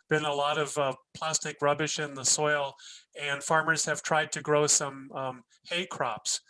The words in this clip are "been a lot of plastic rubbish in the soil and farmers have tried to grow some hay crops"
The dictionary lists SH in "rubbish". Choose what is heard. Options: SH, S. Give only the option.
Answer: SH